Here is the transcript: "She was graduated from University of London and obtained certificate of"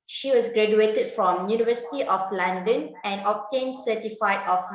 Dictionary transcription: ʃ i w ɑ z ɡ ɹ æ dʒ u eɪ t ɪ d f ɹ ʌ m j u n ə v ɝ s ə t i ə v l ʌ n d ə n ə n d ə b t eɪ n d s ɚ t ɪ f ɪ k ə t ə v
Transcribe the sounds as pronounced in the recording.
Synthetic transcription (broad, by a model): ʃ i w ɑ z ɡ ɹ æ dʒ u eɪ t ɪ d f ɹ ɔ m j u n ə v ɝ s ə t i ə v l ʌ n d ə n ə n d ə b t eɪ n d s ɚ t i f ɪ ə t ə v